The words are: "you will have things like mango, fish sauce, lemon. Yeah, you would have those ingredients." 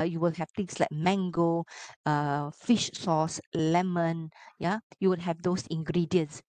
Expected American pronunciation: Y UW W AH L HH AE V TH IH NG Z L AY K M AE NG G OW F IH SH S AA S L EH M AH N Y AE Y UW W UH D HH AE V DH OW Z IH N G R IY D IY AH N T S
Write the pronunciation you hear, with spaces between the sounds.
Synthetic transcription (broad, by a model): Y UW W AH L HH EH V T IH NG S L AY K M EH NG G OW F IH SH S AA S L EH M AH N Y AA Y UW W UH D HH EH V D OW S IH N G R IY D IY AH N S